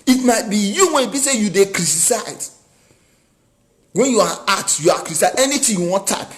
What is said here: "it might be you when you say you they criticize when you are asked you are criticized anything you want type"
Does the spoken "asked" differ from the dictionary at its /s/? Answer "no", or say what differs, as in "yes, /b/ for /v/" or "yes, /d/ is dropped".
yes, /s/ is dropped